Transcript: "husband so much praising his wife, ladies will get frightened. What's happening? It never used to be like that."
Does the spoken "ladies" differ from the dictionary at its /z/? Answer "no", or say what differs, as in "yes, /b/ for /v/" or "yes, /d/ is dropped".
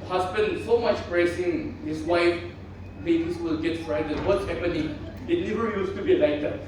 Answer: yes, /s/ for /z/